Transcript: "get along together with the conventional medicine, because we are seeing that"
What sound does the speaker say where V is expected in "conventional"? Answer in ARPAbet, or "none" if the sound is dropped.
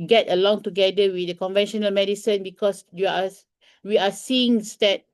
V